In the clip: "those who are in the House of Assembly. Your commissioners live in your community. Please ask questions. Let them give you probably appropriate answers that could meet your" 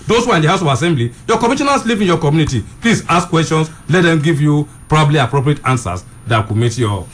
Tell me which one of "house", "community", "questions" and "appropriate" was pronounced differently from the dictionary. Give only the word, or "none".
questions